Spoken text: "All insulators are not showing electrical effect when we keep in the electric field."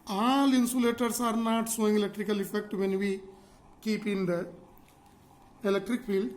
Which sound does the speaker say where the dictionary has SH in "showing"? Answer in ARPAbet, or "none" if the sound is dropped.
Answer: S